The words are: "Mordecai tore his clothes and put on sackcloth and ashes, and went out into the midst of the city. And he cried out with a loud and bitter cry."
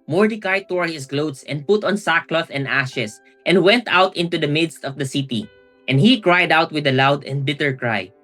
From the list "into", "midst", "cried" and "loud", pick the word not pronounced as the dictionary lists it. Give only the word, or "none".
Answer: none